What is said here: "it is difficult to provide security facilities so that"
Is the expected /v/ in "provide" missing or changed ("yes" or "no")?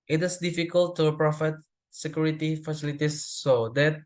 yes